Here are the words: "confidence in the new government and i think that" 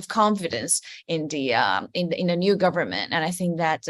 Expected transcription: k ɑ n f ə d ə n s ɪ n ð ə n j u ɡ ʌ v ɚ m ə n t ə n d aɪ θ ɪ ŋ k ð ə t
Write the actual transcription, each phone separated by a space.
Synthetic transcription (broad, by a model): k ɑ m f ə d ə n s ɪ n ð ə n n u ɡ ʌ v ɚ m ə n t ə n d aɪ θ ɪ ŋ k ð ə t